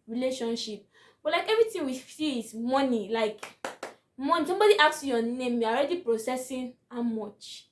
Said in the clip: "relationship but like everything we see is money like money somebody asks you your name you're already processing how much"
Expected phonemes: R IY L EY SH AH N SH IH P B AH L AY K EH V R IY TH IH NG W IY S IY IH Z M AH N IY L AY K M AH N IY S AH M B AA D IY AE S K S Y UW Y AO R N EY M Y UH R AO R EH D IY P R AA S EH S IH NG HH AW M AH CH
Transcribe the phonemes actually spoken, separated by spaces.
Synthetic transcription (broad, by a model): R IY L EY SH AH N SH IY P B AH L AY K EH V R IY T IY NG W IY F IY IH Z M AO N IY L AY K M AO N IY S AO M B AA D IY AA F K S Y Y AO N EY M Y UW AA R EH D IY P R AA S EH S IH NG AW M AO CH